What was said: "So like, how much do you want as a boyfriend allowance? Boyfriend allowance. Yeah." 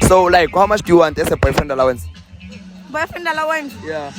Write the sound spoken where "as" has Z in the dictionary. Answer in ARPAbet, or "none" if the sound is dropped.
S